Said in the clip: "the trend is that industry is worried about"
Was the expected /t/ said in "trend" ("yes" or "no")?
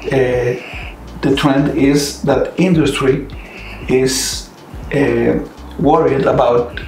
yes